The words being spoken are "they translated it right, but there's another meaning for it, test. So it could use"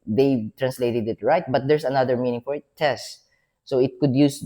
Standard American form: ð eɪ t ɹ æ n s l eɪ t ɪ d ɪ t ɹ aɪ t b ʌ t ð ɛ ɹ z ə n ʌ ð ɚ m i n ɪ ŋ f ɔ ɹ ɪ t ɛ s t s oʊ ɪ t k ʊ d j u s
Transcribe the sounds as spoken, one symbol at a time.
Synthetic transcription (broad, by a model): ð eɪ t ɹ æ n s l eɪ t ɪ d ɪ t ɹ aɪ t b ʌ t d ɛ ɹ s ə n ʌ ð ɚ m i n ɪ ŋ f ɔ ɹ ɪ t ɛ s t s oʊ ɪ t k ʊ d j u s